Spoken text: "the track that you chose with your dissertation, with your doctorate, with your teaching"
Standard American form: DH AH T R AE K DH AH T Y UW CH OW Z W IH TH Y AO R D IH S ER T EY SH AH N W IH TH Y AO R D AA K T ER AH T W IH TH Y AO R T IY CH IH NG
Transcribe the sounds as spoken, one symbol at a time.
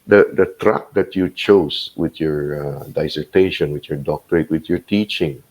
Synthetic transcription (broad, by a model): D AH T R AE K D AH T Y UW CH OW S W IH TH Y AO R D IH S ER T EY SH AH N W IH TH Y AO R D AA K T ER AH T W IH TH Y AO R T IY CH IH NG